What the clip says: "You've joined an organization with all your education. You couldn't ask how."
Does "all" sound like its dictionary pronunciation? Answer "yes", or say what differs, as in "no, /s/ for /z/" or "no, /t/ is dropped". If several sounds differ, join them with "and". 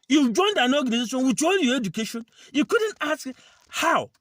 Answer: no, /n/ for /l/